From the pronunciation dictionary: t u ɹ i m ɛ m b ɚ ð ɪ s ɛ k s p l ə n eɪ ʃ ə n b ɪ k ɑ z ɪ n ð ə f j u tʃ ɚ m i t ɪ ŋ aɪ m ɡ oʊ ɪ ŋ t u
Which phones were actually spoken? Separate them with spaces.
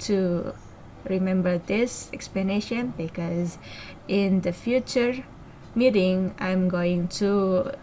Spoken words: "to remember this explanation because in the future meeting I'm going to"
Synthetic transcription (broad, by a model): t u ɹ i m ɛ m b ɚ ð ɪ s ɛ k s p l ə n eɪ ʃ ə n b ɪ k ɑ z ɪ n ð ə f j u tʃ ɚ m i t ɪ ŋ aɪ m ɡ oʊ ɪ ŋ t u